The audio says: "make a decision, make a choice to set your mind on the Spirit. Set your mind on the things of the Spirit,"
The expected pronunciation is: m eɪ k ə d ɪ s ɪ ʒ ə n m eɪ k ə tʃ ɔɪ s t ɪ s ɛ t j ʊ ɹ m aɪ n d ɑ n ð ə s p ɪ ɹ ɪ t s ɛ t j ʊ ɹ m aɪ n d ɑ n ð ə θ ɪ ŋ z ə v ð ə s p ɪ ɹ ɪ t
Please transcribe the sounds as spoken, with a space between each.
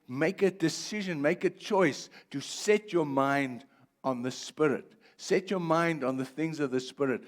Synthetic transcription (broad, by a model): m eɪ k ə d ɪ s ɪ ʒ ə n m eɪ k ə tʃ ɔɪ s t ɪ s ɛ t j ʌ ɹ m aɪ n d n ð ə s p ɪ ɹ ɪ t s ɛ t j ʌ ɹ m aɪ n d n ð ə θ ɪ ŋ z ə v ð ə s p ɪ ɹ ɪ t